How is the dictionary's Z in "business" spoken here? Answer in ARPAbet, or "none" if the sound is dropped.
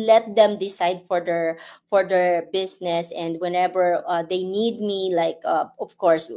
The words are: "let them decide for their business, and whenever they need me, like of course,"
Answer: S